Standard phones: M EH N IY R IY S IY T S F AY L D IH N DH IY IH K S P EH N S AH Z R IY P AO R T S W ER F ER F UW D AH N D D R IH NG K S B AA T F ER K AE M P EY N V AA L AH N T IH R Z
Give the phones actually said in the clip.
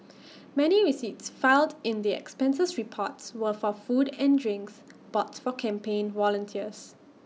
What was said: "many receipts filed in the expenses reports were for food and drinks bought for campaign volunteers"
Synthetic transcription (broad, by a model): M EH N IY R IY S IY T S F AY L D IH N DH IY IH K S P EH N S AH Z R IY P AO T S W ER F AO F UW D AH N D D R IH NG K S B AA T F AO K AE M P EY N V AA L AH N T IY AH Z